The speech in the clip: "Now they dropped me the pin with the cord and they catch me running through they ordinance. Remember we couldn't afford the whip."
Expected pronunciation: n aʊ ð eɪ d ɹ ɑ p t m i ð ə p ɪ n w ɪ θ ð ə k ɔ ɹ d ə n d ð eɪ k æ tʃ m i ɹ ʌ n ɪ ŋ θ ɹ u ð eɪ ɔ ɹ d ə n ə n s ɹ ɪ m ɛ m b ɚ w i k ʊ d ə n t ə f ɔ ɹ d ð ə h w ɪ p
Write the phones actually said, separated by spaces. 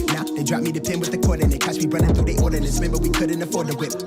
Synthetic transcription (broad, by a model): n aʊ ð eɪ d ɹ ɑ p m i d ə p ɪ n w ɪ ð ə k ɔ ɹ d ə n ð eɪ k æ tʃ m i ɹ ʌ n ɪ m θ u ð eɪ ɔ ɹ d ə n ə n ɹ ɪ m ɛ m b ɚ w i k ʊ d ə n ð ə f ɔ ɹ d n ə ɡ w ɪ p